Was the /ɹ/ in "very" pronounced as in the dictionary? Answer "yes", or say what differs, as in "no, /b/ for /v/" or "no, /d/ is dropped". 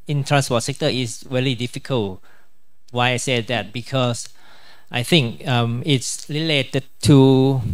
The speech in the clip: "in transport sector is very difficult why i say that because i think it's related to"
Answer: no, /l/ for /ɹ/